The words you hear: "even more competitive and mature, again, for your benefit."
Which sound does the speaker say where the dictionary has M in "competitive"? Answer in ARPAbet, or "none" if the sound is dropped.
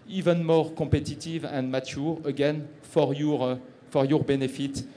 none